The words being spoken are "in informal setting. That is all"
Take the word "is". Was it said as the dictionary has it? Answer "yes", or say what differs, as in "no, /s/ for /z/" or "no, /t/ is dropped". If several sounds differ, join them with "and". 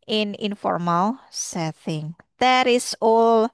no, /s/ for /z/